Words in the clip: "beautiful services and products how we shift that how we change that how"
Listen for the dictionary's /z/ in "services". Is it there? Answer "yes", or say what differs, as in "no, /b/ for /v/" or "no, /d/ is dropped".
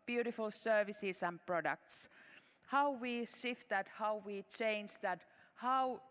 no, /s/ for /z/